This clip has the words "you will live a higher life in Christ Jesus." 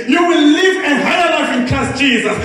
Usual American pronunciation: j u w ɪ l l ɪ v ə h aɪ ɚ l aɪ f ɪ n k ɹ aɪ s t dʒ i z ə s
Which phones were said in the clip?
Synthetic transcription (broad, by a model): j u w ɪ l l ɪ v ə h aɪ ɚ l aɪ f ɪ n k ɹ aɪ s t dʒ i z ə s